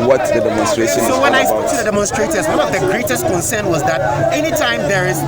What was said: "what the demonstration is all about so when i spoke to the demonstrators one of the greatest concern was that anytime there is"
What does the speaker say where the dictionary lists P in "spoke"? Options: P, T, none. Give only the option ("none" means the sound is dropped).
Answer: none